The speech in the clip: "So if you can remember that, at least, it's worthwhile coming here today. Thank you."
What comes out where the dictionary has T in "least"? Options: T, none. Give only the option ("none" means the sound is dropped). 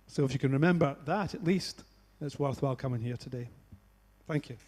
T